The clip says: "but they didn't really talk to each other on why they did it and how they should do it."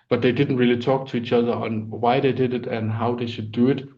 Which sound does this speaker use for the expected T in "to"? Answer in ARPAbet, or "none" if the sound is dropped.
T